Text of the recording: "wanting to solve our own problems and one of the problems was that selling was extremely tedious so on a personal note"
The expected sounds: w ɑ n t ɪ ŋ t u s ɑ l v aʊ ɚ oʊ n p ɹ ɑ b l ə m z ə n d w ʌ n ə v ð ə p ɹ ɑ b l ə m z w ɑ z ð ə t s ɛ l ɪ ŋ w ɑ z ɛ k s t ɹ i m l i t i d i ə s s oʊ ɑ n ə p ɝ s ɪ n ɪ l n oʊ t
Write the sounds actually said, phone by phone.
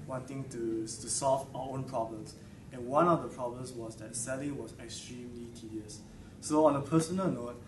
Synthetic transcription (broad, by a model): w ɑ n t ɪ ŋ t u s ɑ l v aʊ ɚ oʊ n p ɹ ɑ b l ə m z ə n w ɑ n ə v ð ə p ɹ ɑ b l ə m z w ɑ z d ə t s ɛ l ɪ ŋ w ɑ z ɛ k s t ɹ i m l i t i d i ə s s oʊ ɑ n ə p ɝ s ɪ n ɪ l n oʊ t